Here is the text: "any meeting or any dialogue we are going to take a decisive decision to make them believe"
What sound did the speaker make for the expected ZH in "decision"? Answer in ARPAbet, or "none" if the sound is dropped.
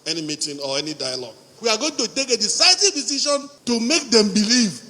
SH